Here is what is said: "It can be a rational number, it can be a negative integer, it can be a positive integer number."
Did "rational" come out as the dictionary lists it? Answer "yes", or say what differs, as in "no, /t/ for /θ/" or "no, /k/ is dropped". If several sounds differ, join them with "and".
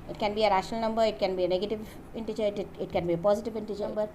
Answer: yes